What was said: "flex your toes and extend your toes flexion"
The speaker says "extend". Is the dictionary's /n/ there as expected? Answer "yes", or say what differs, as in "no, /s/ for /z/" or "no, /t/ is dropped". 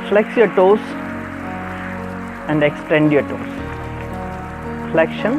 yes